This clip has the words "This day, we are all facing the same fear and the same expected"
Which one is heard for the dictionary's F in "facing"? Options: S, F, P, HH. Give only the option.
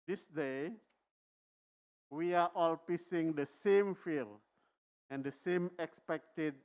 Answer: P